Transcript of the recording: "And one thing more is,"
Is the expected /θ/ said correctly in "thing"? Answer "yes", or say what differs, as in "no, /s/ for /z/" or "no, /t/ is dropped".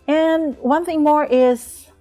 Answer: yes